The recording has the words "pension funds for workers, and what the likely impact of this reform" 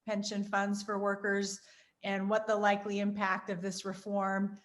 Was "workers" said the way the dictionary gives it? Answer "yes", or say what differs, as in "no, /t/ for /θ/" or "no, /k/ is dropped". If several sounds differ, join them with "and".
yes